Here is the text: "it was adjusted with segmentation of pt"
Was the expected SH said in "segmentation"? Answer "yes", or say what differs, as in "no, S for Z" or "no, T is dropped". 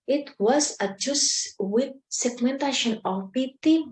yes